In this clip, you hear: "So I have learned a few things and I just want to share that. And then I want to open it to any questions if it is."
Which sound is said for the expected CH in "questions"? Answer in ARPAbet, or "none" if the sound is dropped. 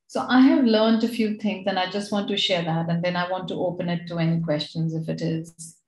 CH